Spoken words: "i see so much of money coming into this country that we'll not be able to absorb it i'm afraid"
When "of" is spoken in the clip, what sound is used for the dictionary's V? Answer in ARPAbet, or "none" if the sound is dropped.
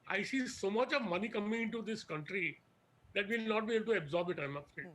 V